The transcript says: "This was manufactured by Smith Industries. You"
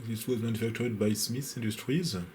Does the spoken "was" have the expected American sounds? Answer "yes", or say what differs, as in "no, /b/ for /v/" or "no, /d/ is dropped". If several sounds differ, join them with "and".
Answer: yes